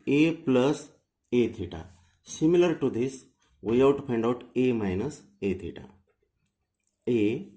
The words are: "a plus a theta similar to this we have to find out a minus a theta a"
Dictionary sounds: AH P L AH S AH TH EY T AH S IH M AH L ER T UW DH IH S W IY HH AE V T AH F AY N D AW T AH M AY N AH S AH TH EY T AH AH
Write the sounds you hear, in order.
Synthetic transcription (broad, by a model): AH P L AH S AH T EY T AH S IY M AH L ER T UW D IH S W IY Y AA W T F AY N D AW T AH M AY N AH S AH T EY T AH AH